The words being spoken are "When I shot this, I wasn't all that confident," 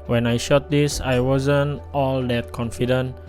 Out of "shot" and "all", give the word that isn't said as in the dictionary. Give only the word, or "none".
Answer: none